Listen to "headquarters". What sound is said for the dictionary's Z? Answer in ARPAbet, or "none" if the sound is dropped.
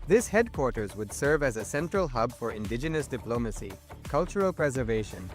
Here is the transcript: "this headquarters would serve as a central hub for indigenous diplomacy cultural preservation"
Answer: Z